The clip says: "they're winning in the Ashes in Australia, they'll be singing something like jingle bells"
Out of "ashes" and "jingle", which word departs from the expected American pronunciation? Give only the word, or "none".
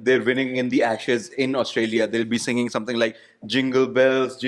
none